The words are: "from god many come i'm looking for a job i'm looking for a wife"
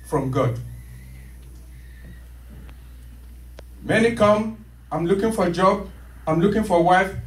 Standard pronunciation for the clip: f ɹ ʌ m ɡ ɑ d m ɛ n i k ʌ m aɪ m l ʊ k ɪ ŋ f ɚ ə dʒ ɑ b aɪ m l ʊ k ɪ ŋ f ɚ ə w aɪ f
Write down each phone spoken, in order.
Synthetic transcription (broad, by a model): f ɹ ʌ m ɡ ɑ d m ɛ n i k ʌ m aɪ m l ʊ k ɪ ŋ f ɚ ə dʒ ɑ b aɪ m l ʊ k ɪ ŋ f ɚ ə w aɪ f